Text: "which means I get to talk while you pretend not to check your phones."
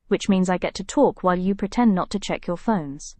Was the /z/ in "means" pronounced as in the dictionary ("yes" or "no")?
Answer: yes